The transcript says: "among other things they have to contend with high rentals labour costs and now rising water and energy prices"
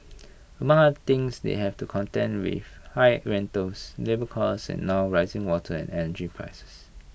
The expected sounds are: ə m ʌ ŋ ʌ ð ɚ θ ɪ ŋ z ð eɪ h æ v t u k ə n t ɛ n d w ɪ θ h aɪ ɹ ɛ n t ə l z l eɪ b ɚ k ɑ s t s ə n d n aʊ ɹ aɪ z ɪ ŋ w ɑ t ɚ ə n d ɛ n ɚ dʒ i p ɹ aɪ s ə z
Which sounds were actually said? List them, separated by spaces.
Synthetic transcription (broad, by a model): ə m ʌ ŋ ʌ ɚ t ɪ ŋ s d eɪ h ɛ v t u k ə n t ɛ n w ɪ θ h aɪ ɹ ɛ n t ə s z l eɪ b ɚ k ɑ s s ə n n aʊ ɹ aɪ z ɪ ŋ w ɑ t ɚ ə n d ɛ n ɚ dʒ i p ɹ aɪ s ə s